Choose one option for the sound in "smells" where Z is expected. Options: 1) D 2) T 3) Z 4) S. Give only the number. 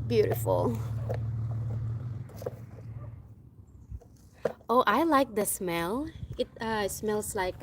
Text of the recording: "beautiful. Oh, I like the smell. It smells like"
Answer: 4